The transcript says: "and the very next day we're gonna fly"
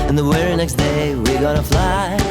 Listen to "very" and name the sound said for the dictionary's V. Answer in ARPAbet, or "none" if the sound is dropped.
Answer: W